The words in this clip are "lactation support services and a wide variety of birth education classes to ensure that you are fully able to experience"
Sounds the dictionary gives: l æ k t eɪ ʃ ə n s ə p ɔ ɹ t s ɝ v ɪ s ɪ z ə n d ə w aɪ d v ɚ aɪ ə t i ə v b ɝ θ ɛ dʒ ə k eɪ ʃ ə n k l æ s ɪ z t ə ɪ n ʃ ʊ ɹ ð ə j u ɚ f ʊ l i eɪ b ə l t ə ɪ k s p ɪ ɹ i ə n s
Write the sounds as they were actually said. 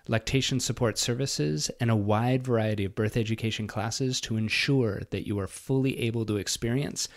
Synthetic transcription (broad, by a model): l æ k t eɪ ʃ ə n s ə p ɔ ɹ t s ɝ v ɪ s ɪ z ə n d ə w aɪ d v ɚ aɪ ə t i ə v b ɝ θ ɛ dʒ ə k eɪ ʃ n k l æ s ɪ z t ə ɪ n ʃ ʊ ɹ ð ə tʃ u ɚ f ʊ l i eɪ b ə l t ə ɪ k s p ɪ ɹ i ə n s